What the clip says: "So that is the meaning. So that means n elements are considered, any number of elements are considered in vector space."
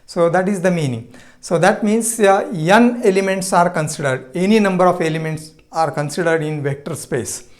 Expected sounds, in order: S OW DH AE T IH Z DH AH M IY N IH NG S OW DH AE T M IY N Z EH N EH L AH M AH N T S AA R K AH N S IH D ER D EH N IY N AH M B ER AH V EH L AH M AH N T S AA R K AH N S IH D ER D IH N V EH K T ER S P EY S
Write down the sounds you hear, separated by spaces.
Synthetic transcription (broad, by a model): S OW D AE T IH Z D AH M IY N IH NG S OW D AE T M IY N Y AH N EH L AH M AH N T S AA R K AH N S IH D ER D EH N IY N AH M B ER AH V EH L AH M AH N T S AA R K AH N S IH D ER D IH N V EH K T ER S P EY S